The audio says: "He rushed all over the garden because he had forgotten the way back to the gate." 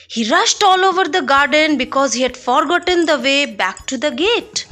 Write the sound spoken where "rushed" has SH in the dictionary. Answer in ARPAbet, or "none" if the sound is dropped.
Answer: SH